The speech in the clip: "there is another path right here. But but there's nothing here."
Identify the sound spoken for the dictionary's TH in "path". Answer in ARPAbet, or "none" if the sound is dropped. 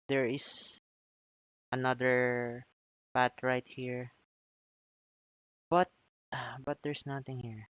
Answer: T